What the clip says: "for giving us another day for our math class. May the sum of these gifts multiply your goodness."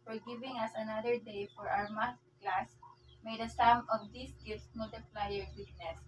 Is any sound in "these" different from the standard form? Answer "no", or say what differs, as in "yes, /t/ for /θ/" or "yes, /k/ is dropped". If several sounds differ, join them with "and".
yes, /s/ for /z/